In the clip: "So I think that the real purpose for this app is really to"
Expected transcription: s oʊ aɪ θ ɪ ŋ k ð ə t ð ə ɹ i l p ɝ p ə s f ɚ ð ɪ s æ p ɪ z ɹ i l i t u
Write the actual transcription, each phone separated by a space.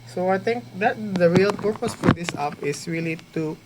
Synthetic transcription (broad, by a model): s oʊ aɪ t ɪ ŋ k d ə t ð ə ɹ i l p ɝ p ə s f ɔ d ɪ s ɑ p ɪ s ɹ i l i t u